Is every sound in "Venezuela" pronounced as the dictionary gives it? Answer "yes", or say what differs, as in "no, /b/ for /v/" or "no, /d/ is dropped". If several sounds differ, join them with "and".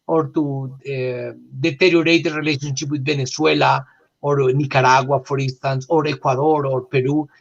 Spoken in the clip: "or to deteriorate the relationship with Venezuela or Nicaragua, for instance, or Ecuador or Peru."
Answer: no, /b/ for /v/ and /s/ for /z/